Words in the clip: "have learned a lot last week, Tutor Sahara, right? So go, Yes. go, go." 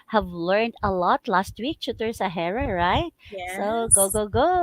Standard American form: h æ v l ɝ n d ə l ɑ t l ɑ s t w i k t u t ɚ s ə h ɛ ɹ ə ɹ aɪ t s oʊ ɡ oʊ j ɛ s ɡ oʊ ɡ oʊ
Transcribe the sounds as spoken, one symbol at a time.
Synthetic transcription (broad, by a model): h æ v l ɝ n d ə l ɑ t l ɑ s t w i k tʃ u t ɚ s ə h ɛ ɹ ə ɹ aɪ t s oʊ ɡ oʊ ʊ ɡ oʊ ɡ oʊ